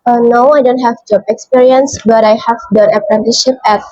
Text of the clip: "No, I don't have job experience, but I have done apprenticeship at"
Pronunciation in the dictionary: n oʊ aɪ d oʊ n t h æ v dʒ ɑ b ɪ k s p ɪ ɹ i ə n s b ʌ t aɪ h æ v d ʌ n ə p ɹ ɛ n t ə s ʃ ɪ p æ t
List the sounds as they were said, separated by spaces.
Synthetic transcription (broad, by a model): n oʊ aɪ d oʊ n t h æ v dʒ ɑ ɪ k s p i ɹ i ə n s b ʌ t aɪ h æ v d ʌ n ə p ɹ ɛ n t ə ʃ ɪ p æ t